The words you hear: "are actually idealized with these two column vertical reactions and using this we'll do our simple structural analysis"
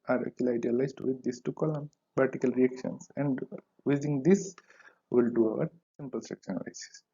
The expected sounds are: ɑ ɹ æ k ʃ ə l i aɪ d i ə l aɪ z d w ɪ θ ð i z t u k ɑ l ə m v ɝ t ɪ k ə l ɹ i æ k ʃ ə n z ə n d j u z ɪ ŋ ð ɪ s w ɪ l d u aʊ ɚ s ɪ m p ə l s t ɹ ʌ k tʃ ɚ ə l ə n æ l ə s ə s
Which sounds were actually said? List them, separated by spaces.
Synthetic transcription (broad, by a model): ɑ ɹ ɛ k ə l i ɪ d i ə l aɪ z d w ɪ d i s t u k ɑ l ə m p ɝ t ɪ k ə l ɹ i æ k ʃ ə n s ə n d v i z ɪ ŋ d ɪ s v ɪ l d u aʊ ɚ s ɪ m p ə l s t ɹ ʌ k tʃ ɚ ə n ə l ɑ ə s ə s